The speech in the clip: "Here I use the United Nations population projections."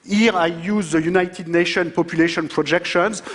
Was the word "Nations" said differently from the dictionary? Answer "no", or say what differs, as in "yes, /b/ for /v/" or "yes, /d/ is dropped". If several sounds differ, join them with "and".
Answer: yes, /z/ is dropped